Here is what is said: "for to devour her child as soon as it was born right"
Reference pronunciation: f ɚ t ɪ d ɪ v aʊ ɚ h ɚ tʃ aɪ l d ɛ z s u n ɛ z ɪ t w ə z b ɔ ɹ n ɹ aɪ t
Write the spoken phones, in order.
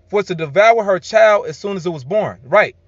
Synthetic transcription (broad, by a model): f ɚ t ɪ d ɪ v aʊ ɚ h ɚ tʃ aɪ l d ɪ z s u n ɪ z ɪ t w ə z b ɔ ɹ n ɹ aɪ t